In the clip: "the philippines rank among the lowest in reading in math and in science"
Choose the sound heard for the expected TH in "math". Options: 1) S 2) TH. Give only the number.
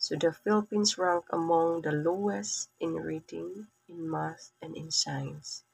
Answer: 1